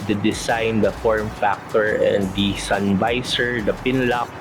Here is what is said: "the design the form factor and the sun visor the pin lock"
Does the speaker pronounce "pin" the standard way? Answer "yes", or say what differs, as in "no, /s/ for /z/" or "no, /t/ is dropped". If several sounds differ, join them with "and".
yes